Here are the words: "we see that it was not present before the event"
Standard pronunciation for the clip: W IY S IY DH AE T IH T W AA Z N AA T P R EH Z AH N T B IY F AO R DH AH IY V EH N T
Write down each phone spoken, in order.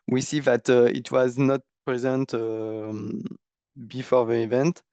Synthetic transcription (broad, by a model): W IY S IY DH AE T IH T W AA Z N AA T P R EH Z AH N T B IY F AO R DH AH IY V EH N T